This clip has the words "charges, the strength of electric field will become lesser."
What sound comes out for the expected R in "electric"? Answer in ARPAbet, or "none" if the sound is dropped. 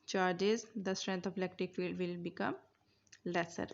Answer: none